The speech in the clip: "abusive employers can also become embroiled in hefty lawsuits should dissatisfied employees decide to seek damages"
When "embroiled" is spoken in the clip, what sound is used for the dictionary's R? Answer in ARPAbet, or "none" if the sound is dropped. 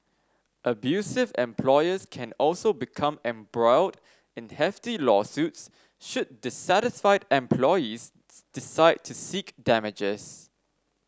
R